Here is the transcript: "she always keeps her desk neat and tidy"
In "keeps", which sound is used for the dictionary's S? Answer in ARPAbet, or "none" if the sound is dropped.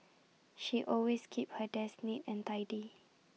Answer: none